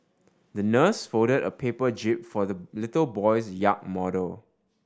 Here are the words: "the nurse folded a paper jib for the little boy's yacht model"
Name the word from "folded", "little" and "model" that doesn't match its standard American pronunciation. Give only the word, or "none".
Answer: folded